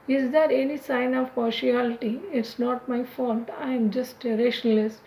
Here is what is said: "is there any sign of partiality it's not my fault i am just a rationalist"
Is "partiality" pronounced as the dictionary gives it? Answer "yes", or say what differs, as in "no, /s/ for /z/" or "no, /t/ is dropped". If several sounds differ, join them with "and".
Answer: yes